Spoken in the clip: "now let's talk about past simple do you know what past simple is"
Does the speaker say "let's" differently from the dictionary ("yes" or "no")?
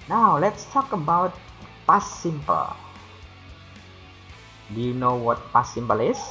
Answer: no